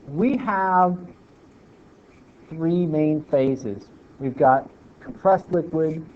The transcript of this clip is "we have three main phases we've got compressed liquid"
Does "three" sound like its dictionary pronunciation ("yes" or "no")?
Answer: yes